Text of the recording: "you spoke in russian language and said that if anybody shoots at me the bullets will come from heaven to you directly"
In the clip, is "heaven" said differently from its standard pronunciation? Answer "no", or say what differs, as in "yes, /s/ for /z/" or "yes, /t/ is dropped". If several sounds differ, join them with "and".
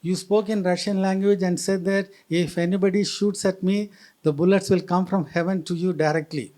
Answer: no